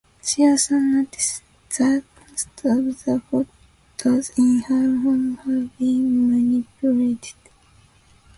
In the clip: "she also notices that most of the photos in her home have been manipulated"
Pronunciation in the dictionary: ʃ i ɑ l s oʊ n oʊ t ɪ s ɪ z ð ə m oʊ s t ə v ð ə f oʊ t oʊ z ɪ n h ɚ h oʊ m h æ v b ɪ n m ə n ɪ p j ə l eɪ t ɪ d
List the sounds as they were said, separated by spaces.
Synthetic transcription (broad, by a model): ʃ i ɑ s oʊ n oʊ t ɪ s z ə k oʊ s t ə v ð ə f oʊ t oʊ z ɪ n h ɚ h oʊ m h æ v b ɪ n m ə n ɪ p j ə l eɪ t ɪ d